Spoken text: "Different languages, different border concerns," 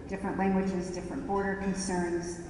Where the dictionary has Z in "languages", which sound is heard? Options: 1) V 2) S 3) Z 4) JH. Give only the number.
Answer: 3